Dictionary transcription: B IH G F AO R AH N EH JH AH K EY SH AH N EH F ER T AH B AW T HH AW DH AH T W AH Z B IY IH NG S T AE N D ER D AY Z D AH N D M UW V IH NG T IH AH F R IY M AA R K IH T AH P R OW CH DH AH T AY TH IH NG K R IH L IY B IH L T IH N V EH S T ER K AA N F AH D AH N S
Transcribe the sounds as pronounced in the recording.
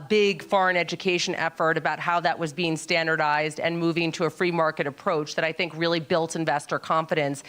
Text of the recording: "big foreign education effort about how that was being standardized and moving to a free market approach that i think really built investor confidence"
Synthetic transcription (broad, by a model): B IH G F AO R AH N EH JH AH K EY SH AH N EH F ER T AH B AW T HH AW DH AH T W AH Z B IY IH NG S T AE N D ER D AY Z D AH N M UW V IH NG T IH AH F R IY M AA R K IH T AH P R OW CH DH AH T AY TH IH NG K R IH L IY B IH L T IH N V EH S T ER K AA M F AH D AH N S